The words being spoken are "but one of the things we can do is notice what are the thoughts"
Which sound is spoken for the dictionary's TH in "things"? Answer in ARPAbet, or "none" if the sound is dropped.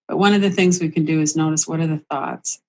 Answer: TH